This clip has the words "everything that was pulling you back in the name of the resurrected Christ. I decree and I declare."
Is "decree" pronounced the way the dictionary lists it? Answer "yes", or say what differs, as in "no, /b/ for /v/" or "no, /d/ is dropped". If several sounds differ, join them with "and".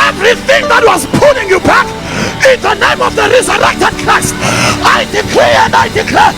no, /l/ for /ɹ/